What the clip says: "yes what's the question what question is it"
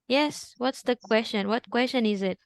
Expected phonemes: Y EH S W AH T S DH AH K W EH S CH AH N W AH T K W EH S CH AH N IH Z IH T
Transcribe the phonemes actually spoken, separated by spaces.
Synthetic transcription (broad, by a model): Y EH S W AH T S DH AH K W EH S CH AH N W AH T K W EH S CH AH N IH Z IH T